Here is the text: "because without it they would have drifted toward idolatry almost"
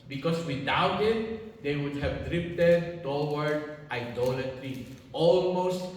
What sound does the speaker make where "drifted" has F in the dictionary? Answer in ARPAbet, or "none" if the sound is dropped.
P